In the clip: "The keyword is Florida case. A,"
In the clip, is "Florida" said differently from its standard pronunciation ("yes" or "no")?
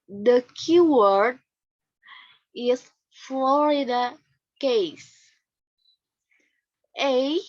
no